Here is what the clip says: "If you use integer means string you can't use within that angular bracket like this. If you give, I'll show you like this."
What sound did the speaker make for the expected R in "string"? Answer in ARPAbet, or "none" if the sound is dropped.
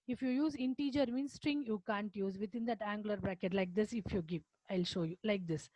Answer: R